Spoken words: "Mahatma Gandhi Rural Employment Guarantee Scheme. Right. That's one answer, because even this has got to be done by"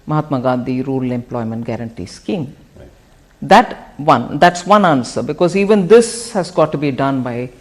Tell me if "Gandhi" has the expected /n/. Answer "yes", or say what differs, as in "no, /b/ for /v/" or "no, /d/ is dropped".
no, /n/ is dropped